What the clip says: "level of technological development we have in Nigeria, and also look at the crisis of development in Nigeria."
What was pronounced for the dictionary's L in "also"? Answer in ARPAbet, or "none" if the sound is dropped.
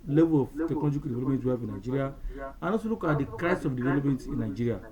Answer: none